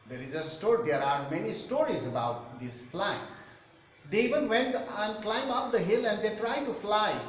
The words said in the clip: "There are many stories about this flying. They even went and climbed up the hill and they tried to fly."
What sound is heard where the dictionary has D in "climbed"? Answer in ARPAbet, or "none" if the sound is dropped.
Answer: none